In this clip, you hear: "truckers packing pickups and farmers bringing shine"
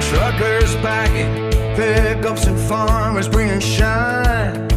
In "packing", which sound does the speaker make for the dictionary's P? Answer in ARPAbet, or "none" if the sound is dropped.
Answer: B